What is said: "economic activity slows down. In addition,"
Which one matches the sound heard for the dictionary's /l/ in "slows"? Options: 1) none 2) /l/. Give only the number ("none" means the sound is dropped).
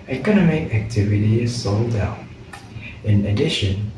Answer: 1